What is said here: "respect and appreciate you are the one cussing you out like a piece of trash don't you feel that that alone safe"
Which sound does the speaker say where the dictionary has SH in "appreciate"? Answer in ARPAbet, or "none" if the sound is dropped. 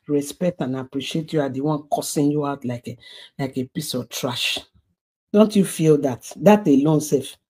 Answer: SH